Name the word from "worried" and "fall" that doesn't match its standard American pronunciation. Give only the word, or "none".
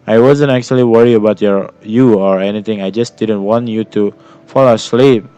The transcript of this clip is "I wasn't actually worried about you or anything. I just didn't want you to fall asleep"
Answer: worried